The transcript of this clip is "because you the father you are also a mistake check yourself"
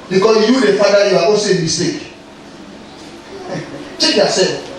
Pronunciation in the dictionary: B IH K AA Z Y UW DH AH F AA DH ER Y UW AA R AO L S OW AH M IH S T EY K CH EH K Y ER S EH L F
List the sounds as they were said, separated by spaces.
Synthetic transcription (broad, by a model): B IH K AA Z Y UW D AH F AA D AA Y UW AA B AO S AH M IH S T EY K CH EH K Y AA S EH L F